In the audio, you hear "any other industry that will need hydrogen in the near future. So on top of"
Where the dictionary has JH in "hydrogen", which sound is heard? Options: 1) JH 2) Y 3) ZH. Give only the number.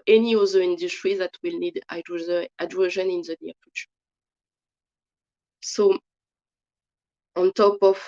3